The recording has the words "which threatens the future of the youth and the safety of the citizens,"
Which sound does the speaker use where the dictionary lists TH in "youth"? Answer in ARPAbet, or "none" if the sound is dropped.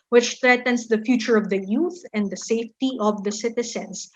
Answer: TH